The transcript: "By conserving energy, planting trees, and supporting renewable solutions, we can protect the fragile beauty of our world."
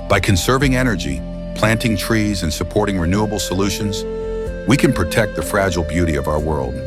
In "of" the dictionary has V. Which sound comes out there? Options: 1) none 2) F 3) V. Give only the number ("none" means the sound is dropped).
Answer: 3